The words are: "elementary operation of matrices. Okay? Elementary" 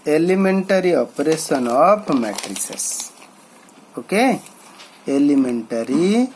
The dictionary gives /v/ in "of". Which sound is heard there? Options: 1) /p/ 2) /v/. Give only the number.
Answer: 1